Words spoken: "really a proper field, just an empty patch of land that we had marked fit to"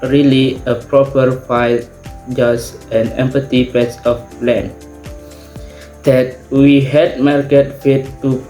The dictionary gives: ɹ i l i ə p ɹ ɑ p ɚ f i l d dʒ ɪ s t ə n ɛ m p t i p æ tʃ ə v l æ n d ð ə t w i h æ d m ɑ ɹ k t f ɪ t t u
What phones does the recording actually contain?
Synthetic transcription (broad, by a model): ɹ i l i ə p ɹ ɑ p ɚ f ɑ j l dʒ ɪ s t ə n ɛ m p t i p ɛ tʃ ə p l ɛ n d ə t w i h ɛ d m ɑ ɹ k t f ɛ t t u